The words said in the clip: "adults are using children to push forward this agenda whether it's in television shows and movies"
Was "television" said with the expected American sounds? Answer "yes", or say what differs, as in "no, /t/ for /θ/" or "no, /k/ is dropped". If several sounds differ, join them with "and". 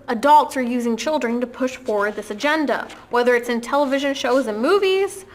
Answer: yes